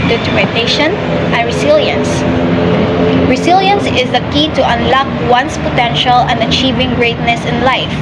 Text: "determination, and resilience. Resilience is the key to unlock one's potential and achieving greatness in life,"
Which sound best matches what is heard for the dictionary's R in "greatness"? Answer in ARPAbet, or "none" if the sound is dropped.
R